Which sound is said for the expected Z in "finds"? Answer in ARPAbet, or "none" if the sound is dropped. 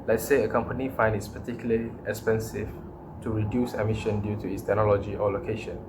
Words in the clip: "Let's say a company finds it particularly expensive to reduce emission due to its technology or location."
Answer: none